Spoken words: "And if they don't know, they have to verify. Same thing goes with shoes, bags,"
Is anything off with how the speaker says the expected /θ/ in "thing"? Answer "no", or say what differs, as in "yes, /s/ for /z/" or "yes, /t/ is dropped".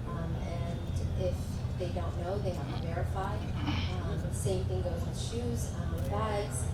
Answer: no